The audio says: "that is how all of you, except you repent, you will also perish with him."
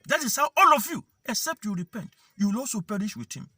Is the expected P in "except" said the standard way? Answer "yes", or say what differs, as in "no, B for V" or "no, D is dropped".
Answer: yes